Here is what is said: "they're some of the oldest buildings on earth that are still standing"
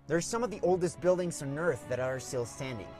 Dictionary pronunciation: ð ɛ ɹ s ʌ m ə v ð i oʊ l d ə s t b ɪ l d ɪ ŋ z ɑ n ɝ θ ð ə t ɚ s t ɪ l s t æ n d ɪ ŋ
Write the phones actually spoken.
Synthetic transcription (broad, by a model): ð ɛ ɹ s ʌ m ə v ð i oʊ l d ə s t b ɪ l d ɪ ŋ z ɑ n ɝ θ ð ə t ɚ s t ɪ l s t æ n d ɪ ŋ